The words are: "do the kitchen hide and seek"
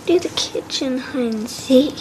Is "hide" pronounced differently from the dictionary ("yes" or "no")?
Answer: yes